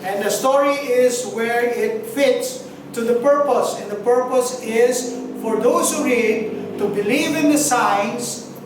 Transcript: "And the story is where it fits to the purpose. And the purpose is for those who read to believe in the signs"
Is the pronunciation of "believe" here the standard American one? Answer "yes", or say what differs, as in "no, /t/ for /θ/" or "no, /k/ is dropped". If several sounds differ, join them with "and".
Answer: yes